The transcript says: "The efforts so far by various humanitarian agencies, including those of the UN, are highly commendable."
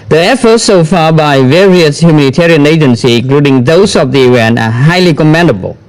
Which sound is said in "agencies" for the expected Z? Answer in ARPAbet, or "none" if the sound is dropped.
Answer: none